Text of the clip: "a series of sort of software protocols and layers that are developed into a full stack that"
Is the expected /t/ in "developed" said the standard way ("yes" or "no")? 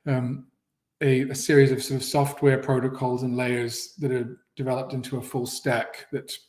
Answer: yes